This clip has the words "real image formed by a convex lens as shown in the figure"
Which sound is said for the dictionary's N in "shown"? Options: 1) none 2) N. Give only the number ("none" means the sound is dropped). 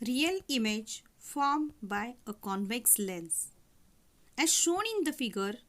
2